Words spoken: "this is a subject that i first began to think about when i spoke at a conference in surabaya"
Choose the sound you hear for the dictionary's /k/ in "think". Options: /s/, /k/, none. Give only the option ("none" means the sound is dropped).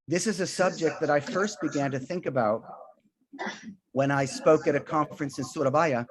/k/